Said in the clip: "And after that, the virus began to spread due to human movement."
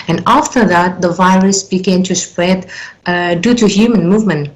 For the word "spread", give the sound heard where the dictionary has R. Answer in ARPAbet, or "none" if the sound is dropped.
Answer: R